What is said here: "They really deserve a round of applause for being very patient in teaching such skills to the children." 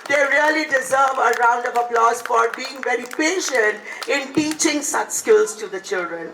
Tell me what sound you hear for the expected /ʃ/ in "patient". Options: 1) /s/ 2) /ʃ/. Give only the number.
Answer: 2